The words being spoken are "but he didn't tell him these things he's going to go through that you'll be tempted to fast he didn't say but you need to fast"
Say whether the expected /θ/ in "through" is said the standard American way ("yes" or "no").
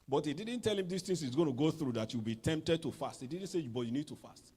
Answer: yes